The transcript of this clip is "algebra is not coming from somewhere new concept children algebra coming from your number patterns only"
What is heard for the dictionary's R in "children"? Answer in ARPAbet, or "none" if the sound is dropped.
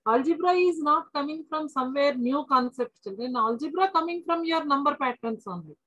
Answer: none